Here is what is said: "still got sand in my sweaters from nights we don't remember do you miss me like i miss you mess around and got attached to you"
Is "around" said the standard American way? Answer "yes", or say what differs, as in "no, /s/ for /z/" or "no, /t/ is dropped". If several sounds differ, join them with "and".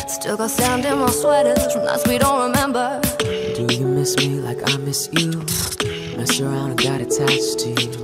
no, /n/ is dropped